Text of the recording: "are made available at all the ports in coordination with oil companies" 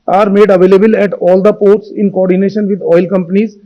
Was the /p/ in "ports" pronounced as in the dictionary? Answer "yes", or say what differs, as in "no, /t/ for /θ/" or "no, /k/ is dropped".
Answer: yes